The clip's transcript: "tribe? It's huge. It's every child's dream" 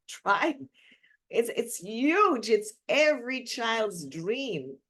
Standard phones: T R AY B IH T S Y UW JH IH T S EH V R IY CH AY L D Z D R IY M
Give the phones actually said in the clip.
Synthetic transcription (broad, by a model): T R AY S IH T S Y UW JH IH T S EH V R IY CH AY L D Z D R IY M